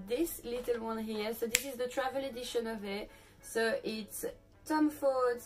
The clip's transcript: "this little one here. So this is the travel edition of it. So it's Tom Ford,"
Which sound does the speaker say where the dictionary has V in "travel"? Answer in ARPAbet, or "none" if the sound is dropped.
V